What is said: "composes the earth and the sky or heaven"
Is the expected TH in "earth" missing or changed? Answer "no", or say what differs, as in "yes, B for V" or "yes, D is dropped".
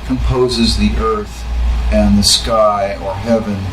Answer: no